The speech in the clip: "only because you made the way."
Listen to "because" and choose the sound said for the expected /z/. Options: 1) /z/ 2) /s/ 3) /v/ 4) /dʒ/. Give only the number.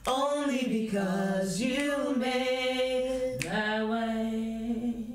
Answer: 1